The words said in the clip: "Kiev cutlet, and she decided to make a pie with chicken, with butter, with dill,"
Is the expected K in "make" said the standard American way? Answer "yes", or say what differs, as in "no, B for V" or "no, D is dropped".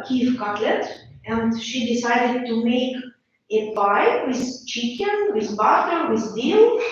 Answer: yes